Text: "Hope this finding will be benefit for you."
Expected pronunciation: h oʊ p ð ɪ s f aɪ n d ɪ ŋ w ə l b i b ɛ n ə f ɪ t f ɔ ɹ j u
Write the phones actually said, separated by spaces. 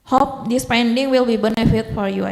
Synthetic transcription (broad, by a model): h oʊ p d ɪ s p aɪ n d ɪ ŋ w ə l b i b ɛ n ə f ɪ t f ɔ ɹ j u